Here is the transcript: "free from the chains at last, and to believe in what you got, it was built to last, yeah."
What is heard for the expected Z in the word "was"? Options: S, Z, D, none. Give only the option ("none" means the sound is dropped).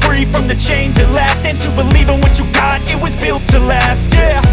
Z